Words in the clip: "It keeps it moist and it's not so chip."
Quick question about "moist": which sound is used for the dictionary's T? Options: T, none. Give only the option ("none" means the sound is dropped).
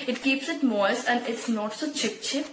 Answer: none